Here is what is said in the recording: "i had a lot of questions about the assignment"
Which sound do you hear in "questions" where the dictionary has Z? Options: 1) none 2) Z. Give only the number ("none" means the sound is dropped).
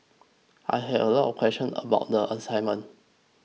1